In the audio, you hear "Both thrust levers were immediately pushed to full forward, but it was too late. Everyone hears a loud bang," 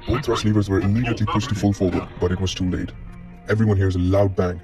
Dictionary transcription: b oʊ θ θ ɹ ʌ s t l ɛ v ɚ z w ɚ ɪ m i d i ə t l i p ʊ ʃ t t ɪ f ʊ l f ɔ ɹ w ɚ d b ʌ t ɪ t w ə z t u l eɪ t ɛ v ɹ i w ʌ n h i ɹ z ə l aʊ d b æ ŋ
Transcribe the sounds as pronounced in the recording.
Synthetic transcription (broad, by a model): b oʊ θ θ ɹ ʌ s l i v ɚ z w ɚ ɪ m i d i ə t l i p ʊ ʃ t t ɪ f ʊ l f ɔ ɹ w ɚ d b ʌ t ɪ t w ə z t u l eɪ t ɛ v ɹ i w ʌ n h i ɹ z ə l aʊ d b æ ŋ